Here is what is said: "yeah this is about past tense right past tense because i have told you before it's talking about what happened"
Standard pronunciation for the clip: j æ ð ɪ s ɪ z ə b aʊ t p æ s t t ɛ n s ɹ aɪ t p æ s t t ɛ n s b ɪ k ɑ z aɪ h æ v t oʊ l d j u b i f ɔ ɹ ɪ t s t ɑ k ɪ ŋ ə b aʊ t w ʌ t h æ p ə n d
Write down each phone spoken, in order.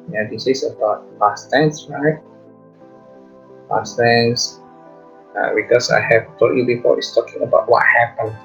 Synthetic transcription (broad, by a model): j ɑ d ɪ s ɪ s ə b aʊ t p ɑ s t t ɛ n s ɹ aɪ t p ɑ s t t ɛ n s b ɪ k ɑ s aɪ h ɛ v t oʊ d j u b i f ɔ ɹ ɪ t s t ɑ k ɪ ŋ ə b aʊ t w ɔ t h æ p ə n